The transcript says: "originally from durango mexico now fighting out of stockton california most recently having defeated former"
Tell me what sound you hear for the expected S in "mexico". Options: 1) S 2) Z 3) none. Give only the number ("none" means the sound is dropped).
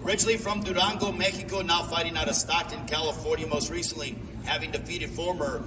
3